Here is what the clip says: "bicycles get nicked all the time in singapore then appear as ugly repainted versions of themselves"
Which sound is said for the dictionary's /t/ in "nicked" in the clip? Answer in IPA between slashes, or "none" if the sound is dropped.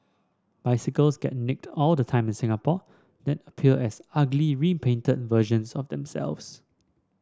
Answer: /t/